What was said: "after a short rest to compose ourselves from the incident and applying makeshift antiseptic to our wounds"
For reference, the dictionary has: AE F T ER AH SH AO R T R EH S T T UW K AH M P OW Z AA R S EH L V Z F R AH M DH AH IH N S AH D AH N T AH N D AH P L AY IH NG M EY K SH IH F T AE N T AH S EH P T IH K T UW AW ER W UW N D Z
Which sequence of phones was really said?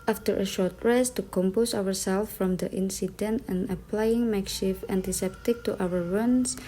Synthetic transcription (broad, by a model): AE F T ER AH SH AO R T R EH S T T UW K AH M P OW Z AA R S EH L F R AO M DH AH IH N S AH D AH N T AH N AH P L AY IH NG M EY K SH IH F AE N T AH S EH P T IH K T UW AW ER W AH N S